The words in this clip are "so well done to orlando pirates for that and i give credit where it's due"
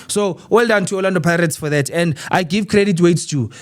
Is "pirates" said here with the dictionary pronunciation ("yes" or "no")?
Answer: yes